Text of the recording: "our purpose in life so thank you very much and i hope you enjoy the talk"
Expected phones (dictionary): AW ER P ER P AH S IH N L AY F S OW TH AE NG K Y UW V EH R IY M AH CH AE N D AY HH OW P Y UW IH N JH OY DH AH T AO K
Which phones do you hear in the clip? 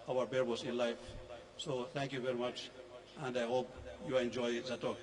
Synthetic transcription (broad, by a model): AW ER B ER B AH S IH N L AY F S OW T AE NG K Y UW V EH R IY M AH CH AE N D AY HH OW P Y UW IH N JH OY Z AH T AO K